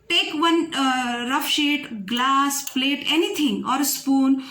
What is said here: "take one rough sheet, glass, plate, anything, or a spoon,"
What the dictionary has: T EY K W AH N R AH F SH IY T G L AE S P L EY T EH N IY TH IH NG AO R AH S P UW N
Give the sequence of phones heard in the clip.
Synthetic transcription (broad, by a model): T EY K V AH N R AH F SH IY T G L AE S P L EY T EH N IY T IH NG AO R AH S P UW N